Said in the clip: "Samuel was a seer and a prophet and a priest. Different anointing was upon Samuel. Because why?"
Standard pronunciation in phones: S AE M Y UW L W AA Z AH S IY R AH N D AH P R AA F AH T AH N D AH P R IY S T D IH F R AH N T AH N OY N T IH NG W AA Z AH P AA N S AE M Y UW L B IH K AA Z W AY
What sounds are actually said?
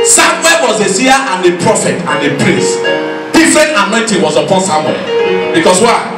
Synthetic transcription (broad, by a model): S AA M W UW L W AA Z AH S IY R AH N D AH P R AA F AH T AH N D AH P R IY S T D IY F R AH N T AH N OY N T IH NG W AA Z AH P AA N S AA M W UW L B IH K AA S W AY